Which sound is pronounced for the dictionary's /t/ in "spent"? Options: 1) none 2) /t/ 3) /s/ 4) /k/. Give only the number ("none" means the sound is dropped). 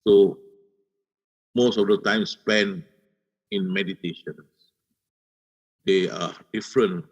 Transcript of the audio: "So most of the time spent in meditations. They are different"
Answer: 1